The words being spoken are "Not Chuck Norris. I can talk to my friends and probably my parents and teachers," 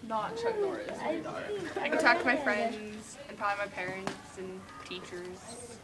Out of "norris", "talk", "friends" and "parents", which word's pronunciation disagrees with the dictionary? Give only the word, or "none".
norris